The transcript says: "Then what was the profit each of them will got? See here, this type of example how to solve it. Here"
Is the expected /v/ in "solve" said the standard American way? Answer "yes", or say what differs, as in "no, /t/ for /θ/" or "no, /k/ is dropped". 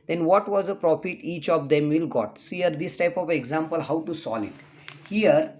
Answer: no, /v/ is dropped